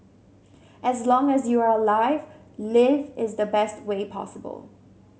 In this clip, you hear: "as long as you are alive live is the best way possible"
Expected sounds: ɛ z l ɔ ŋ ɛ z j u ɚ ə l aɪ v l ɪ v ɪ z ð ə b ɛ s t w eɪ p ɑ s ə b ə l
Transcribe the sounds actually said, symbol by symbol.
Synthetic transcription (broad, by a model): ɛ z l ɔ ŋ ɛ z j u ɚ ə l aɪ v l ɪ v ɪ z ð ə b ɛ s t w eɪ p ɑ s ə b ə l